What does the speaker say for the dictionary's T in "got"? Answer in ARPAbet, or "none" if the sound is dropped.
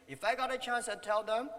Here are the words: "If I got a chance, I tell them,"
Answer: T